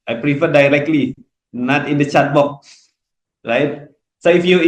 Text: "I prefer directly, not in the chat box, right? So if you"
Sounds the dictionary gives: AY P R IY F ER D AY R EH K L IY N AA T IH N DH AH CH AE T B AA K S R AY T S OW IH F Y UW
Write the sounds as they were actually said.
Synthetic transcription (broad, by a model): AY P R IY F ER D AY R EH K L IY N AA T IH N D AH CH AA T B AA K R AY T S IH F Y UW